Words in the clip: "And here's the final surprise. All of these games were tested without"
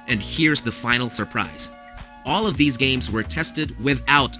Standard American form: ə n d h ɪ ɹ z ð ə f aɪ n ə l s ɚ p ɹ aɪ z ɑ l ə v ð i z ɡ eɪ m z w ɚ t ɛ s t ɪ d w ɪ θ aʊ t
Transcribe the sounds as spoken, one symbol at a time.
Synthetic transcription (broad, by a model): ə n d h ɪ ɹ z ð ə f aɪ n l s ɚ p ɹ aɪ z ɑ l ə v ð i z ɡ eɪ m z w ɚ t ɛ s t ɪ d w ɪ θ aʊ t